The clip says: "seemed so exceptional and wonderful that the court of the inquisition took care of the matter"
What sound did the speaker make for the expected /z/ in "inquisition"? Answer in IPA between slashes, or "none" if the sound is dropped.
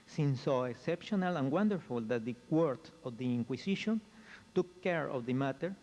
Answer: /s/